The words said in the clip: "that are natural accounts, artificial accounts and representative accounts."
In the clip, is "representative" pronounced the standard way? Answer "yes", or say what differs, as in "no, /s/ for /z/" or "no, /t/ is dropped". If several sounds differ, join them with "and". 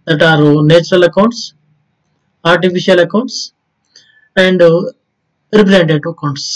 no, /v/ is dropped